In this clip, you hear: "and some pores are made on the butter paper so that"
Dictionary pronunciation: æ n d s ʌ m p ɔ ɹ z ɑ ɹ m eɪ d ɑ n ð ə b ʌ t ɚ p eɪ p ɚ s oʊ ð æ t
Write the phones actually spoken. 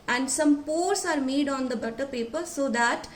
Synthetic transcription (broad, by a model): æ n d s ʌ m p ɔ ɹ s ɑ ɹ m eɪ d ɑ n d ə b ʌ t ɚ p eɪ p ɚ s oʊ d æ t